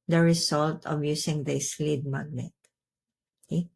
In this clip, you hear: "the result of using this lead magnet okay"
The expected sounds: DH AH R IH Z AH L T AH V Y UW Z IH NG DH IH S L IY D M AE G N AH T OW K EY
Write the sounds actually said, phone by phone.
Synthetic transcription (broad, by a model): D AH R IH S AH L T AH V Y UW S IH NG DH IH S L IY D M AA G N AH T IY